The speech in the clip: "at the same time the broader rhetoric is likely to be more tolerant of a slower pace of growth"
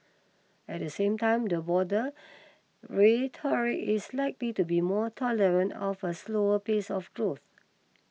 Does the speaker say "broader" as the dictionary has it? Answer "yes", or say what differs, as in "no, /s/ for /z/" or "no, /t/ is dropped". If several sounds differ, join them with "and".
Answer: no, /ɹ/ is dropped